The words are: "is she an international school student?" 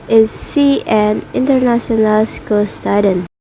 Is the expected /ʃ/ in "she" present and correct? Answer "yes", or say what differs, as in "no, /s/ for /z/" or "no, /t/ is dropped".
no, /s/ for /ʃ/